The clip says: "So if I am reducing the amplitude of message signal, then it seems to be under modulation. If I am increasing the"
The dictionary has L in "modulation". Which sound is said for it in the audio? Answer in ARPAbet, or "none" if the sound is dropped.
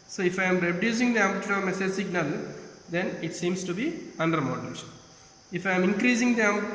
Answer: N